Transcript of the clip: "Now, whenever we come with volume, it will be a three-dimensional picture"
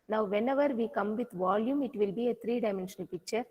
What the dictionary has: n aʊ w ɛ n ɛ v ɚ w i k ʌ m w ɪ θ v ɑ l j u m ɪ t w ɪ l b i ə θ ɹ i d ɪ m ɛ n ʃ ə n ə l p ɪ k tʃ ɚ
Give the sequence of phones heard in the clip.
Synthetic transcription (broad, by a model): n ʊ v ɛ n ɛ v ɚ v i k ʌ m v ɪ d v ɑ l j u m ɪ t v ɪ l b i ə t ɹ i d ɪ m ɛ n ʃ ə n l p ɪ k tʃ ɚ